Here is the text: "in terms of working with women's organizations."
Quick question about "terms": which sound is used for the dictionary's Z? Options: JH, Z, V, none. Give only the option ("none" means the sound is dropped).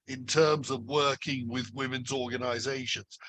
Z